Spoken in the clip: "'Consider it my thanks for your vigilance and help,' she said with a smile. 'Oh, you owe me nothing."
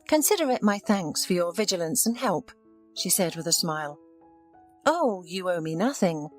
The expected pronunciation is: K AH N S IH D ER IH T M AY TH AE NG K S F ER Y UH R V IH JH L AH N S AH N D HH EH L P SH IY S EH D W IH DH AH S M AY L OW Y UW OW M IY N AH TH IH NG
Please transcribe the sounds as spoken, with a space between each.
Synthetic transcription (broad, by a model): K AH N S IH D ER IH T M AY TH AE NG K S F ER Y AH R V IH JH L AH N S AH N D HH EH L P SH IY S EH D W IH DH AH S M AY L OW Y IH OW M IY N AH TH IH NG